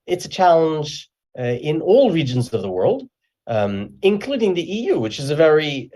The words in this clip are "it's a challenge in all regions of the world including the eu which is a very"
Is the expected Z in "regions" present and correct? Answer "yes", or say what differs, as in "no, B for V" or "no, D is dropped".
yes